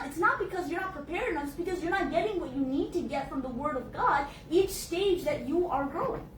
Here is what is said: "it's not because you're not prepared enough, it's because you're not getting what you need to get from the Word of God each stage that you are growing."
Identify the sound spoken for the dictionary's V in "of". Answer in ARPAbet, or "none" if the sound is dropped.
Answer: V